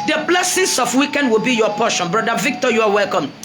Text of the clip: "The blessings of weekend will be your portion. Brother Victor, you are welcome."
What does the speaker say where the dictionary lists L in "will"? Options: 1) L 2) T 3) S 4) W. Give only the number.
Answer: 1